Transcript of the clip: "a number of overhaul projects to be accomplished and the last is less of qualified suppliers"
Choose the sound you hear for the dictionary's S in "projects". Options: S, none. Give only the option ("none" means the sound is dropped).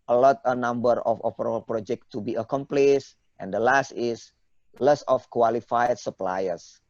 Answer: none